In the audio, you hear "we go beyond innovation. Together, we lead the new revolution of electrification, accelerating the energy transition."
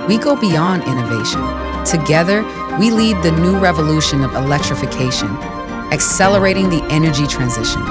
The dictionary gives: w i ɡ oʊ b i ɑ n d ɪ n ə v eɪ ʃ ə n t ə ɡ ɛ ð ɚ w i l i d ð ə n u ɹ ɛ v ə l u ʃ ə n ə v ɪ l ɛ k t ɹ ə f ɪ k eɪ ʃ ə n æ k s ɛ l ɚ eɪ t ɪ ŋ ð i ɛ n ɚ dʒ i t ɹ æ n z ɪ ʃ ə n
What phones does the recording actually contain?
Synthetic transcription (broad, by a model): w i ɡ oʊ b i ɑ n d ɪ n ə v eɪ ʃ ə n t ə ɡ ɛ ð ɚ w i l i d ð ə n u ɹ ɛ v ə l u ʃ ə n ə v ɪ l ɛ k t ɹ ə f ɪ k eɪ ʃ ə n æ k s ɛ l ɚ eɪ t ɪ ŋ ð i ɛ n ɚ dʒ i t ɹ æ n z ɪ ʃ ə n